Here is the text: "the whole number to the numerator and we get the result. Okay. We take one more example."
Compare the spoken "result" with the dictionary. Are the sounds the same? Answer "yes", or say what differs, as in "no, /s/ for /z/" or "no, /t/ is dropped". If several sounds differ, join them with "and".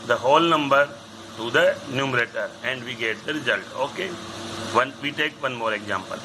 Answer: yes